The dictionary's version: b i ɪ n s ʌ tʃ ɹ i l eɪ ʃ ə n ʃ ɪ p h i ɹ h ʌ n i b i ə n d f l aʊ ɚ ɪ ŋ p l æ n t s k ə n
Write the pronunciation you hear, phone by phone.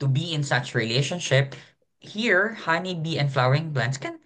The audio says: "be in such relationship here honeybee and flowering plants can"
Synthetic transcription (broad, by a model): b i ɪ n s ʌ tʃ ɹ i l eɪ ʃ ə n ʃ ɪ p h i ɹ h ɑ n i b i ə n f l aʊ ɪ ŋ b l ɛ n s k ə n